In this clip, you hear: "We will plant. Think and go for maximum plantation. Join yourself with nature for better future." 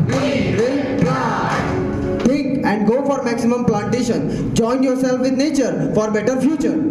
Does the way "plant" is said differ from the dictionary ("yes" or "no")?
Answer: yes